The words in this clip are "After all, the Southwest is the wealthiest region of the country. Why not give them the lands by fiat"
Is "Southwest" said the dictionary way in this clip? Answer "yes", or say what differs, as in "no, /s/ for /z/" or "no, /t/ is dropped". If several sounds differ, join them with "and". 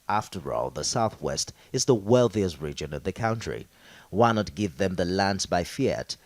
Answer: yes